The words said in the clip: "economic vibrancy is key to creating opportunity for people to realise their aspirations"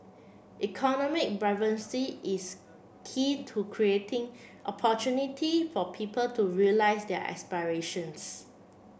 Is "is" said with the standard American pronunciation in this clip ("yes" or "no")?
no